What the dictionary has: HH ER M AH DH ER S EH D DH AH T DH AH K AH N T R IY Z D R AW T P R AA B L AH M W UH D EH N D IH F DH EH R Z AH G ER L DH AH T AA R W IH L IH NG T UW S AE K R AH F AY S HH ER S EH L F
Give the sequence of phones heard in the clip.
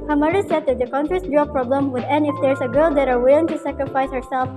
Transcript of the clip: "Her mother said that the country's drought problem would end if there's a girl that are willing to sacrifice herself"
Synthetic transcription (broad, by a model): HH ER M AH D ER S EH D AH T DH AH K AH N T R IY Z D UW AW P R AA B L AH M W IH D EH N IH F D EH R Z AH G ER L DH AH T AA R W IH L IH NG T UW S AE K R AH F AY S HH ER S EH L F